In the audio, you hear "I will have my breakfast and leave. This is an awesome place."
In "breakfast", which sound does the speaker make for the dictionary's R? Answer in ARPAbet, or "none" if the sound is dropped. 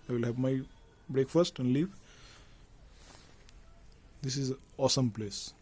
R